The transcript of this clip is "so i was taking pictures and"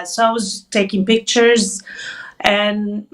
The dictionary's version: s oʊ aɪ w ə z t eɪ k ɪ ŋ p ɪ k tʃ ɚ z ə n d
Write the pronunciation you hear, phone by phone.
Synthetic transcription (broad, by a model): s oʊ aɪ w ə z t eɪ k ɪ ŋ p ɪ k tʃ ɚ z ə n